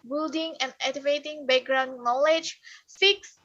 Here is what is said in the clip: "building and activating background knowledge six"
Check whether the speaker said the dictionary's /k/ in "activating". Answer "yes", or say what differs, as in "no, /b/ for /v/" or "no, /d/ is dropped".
no, /k/ is dropped